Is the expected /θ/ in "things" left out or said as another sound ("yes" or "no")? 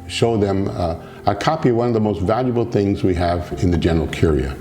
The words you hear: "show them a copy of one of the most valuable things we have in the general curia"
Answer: no